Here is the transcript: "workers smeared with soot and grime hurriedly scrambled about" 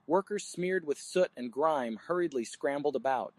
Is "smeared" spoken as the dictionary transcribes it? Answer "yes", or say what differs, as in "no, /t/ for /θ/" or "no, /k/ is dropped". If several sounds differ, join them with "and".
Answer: yes